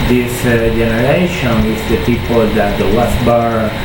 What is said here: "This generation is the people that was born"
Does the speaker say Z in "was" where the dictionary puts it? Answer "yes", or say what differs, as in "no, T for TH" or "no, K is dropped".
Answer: no, S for Z